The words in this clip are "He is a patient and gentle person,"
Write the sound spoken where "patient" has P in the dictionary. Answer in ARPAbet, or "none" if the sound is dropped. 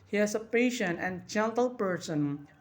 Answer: P